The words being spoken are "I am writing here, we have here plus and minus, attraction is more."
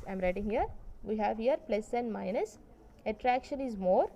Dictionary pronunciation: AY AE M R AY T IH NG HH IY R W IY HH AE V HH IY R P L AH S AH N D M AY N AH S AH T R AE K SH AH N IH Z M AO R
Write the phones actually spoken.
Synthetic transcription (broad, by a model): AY M R AY T IH NG HH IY R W IY HH AE V HH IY R P L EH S AH N D M AY N AH S AH T R AE K SH AH N IH Z M AO R